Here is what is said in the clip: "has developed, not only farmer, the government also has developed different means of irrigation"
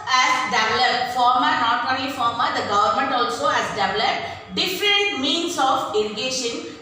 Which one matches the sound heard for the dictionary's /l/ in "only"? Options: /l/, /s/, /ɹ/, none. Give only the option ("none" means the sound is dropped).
none